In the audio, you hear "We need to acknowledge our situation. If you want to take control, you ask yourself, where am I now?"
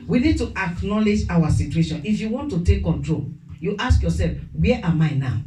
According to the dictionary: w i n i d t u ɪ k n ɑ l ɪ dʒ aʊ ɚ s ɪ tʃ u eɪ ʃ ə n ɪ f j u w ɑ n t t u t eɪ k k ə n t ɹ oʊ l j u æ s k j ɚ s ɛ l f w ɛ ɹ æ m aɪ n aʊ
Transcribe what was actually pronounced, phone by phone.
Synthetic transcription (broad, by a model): w i n i d t u ɪ k n ɑ l ɪ dʒ aʊ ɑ s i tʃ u eɪ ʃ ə n ɪ f j u w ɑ n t t u t eɪ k k ə n t ɹ oʊ l j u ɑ s k j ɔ s ɛ l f w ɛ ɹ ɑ m aɪ n aʊ